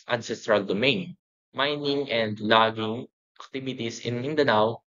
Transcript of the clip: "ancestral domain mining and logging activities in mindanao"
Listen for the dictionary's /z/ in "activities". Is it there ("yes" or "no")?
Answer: no